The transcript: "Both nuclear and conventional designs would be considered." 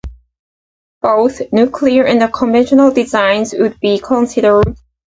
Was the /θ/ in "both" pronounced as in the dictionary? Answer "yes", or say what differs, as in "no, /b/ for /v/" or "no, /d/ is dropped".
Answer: yes